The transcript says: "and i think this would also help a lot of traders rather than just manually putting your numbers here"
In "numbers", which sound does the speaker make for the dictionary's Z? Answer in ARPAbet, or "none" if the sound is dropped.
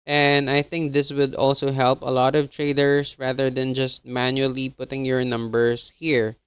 S